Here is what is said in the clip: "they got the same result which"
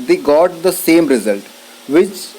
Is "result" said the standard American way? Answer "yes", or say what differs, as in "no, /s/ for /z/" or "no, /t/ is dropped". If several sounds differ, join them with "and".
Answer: yes